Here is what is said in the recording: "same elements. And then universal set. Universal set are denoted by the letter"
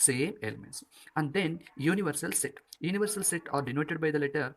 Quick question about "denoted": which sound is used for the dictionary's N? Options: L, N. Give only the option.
N